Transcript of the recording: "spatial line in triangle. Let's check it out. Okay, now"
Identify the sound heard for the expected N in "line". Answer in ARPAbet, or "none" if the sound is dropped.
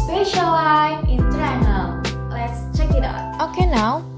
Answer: none